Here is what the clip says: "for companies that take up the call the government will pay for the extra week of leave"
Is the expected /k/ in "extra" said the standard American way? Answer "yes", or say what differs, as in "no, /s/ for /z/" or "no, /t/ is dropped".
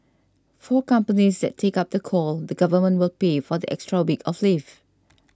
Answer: yes